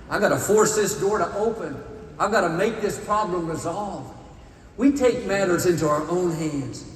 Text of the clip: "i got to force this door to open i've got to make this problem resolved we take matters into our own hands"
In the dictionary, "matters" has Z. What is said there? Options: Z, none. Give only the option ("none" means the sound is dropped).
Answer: Z